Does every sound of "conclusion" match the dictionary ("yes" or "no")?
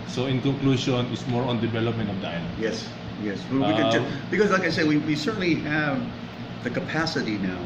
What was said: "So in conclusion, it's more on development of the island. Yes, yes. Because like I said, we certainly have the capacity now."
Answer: no